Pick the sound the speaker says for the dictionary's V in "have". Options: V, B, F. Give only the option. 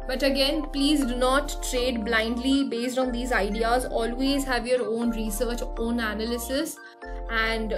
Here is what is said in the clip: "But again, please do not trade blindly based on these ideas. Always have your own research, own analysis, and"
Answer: V